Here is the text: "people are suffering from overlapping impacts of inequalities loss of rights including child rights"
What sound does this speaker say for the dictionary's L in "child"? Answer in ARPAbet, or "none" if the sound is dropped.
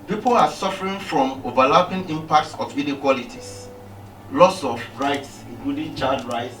none